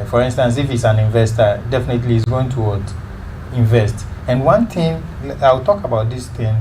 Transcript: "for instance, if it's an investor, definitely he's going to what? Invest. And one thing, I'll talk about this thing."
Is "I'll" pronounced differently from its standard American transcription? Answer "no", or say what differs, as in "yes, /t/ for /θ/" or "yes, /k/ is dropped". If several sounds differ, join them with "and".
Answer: yes, /w/ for /l/